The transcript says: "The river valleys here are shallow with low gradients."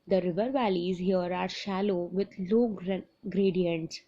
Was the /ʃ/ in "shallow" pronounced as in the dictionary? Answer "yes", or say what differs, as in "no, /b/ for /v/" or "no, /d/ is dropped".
yes